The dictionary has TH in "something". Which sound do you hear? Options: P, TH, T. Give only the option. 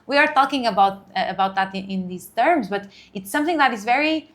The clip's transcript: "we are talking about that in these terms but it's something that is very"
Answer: TH